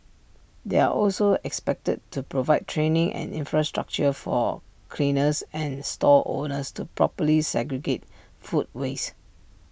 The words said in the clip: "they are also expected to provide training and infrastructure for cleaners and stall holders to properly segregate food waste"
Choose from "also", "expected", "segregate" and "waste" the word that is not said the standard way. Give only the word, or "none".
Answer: waste